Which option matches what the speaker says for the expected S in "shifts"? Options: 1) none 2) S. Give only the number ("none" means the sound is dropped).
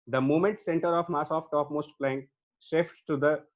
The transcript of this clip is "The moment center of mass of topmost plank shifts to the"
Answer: 1